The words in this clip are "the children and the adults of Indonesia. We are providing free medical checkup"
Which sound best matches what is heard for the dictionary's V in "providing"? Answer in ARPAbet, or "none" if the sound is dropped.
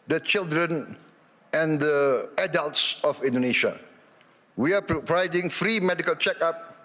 P